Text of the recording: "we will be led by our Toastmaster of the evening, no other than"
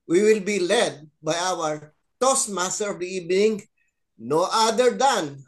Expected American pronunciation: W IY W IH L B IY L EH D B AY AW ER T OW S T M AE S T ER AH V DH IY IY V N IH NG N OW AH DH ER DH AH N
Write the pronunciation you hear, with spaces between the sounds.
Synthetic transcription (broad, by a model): W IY W IH L B IY L EH D B AY AW ER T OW S M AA S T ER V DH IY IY B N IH NG N OW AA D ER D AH N